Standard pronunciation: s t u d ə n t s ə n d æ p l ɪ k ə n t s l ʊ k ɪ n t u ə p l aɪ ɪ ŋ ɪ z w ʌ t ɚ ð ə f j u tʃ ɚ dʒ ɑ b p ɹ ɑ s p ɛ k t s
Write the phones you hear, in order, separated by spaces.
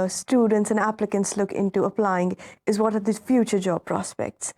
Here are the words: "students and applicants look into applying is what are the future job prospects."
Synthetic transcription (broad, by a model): s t u d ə n t s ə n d æ p l ɪ k ə n t s l ʊ k ɪ n t u ə p l aɪ ɪ ŋ ɪ z w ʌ t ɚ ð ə f j u tʃ ɚ dʒ ɑ b p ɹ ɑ s p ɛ k t s